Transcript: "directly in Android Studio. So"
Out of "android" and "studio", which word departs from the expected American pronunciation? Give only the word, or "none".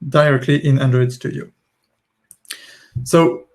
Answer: none